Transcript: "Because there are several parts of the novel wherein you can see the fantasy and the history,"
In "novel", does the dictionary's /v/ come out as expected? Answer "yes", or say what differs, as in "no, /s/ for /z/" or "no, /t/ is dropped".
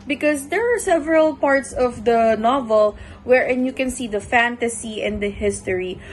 yes